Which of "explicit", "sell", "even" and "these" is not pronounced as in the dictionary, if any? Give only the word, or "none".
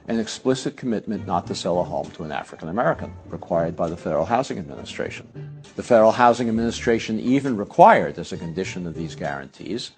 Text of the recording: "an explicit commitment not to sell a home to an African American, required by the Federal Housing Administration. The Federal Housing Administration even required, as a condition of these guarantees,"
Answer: none